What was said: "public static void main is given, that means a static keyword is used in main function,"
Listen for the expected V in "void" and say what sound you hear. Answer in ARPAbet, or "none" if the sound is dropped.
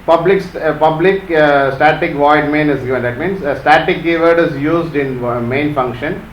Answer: V